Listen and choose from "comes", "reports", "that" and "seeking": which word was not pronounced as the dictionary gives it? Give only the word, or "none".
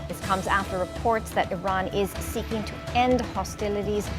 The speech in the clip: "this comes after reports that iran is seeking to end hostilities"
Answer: none